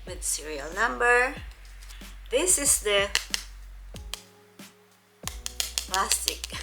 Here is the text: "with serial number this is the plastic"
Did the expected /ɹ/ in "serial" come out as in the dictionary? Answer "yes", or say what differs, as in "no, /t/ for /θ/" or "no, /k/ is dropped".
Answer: yes